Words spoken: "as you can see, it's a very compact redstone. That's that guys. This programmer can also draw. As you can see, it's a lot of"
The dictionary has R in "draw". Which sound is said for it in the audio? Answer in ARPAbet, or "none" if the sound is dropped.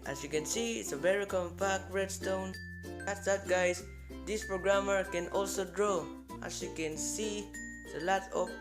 R